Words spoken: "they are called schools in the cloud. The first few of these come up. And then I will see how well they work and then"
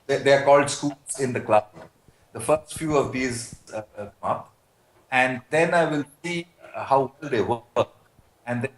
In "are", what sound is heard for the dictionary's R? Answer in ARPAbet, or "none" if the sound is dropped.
R